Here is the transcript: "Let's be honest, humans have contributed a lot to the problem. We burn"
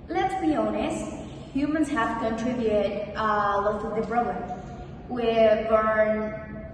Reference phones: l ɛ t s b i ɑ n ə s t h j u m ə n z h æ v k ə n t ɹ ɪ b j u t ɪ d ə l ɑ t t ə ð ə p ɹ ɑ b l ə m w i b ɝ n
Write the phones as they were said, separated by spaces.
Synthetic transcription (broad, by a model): l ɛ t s b i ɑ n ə s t h j u m ə n z h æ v k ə n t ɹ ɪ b j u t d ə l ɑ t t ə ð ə b ɹ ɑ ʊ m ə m w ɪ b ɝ n